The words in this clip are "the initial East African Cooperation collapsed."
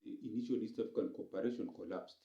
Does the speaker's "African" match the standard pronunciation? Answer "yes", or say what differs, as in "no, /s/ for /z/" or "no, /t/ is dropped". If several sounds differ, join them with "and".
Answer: no, /ɹ/ is dropped